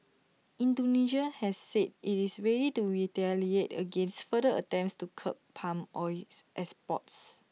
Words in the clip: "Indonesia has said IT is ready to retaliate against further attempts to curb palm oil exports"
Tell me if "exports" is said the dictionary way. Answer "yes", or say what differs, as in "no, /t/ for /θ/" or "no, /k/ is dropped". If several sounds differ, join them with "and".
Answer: no, /k/ is dropped